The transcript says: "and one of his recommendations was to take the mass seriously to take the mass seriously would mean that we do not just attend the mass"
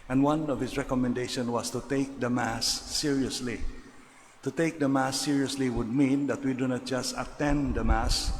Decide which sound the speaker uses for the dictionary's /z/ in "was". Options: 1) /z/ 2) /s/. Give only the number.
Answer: 2